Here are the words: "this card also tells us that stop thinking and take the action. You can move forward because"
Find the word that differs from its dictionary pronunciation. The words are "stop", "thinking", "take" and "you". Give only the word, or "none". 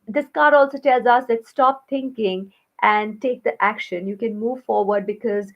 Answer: thinking